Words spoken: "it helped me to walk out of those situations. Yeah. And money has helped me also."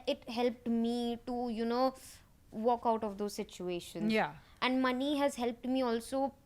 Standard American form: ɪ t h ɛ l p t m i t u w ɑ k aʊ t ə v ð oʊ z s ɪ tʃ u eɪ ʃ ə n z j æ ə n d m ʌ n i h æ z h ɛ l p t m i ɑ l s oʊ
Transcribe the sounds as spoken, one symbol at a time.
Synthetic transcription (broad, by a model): ɪ t h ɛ l p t m i t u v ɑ k aʊ t ə v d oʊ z s ɪ tʃ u eɪ ʃ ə n j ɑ ə n d m ʌ n i h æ z h ɛ l p t m i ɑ l s oʊ